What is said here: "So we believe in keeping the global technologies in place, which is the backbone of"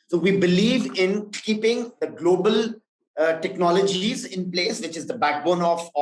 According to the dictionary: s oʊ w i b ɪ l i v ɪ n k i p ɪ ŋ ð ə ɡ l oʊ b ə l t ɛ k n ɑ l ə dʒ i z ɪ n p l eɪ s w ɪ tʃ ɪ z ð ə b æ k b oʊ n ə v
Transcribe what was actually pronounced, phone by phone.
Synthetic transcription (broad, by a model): s oʊ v i b ɪ l i v ɪ n k i p ɪ ŋ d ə ɡ l oʊ b ə l t ɛ k n ɑ l ə dʒ i z ɪ n p l eɪ s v ɪ tʃ ɪ z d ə b æ k b oʊ n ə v